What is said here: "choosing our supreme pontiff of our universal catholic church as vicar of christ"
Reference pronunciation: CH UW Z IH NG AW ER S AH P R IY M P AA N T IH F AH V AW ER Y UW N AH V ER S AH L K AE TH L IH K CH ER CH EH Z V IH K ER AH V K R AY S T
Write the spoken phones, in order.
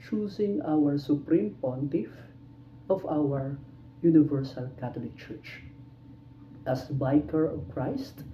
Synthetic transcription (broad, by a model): CH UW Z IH NG AW ER S AH P R IY M P AA N T IH F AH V AW ER Y UW N AH V ER S AH L K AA T L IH K CH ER CH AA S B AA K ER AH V K R AY S T